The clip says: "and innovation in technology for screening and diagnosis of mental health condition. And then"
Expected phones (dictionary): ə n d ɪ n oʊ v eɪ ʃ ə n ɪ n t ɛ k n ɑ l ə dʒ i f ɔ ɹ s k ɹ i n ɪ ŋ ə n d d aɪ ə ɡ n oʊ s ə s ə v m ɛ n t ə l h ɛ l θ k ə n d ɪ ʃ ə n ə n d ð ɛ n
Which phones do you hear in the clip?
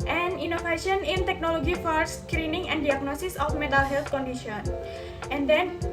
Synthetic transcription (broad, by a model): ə n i n oʊ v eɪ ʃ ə n ɪ n t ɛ k n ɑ l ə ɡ i f ɔ ɹ s k ɹ i n ɪ ŋ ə n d d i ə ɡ n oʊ s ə s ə f m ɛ t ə l h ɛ l t k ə n d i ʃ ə n ə n d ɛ n